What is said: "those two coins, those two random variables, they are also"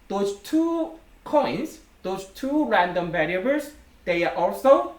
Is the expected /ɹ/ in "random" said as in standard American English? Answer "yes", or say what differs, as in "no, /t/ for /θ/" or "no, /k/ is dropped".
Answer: yes